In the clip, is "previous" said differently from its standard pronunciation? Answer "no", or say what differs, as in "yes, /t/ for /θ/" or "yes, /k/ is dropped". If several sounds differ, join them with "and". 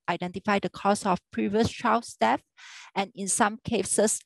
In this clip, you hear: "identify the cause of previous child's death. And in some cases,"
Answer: no